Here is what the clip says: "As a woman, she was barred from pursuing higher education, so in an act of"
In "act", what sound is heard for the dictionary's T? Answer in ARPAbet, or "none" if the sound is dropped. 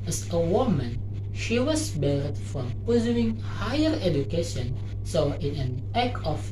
none